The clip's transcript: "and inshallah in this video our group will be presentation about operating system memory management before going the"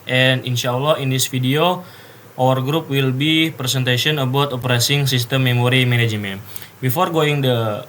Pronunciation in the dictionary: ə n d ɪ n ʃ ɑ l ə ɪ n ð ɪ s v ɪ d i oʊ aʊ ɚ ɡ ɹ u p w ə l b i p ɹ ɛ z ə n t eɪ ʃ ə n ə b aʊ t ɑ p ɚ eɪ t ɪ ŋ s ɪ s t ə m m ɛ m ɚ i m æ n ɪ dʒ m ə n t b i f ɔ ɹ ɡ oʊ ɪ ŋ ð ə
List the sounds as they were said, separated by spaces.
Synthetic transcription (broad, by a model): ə n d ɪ n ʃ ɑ l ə ɪ n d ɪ s f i d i oʊ aʊ ɚ ɡ ɹ u p w ə l b i p ɹ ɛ s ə n t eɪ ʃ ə n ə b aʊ t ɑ p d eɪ s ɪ ŋ s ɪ s t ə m m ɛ m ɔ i m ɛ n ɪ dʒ m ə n b i f ɔ ɹ ɡ oʊ ɪ ŋ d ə